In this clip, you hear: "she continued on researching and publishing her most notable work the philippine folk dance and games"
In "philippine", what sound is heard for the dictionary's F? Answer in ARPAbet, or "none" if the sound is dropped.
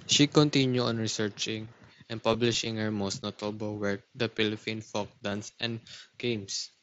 P